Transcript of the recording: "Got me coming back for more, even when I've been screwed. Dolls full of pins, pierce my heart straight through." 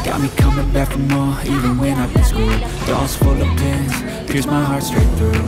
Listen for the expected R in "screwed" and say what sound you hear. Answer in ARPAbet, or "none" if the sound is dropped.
none